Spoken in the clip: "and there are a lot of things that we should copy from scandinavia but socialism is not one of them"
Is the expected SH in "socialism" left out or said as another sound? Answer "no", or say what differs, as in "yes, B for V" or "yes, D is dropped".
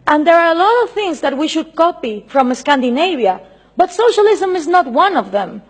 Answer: no